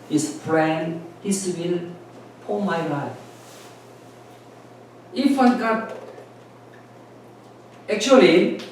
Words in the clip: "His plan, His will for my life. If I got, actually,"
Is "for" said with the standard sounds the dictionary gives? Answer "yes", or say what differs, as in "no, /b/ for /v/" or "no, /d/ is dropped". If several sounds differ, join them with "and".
no, /p/ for /f/